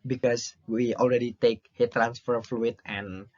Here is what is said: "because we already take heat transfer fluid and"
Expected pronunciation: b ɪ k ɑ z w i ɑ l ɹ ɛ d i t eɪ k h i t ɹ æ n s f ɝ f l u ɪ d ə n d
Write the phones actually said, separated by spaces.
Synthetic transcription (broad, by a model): b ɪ k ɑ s w i ɑ l ɹ ɛ d i t eɪ k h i t ɹ æ n s f ɝ f l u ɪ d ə n